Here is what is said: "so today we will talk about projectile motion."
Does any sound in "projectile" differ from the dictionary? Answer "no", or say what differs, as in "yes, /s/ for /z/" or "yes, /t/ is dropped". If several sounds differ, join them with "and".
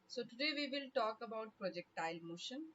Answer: no